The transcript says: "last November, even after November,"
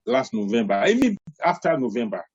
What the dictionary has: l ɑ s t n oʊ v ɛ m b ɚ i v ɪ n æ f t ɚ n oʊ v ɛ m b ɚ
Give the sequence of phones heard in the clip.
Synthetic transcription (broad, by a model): l ɑ s t n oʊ v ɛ m b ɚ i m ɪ ɑ f t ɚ n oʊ v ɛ m b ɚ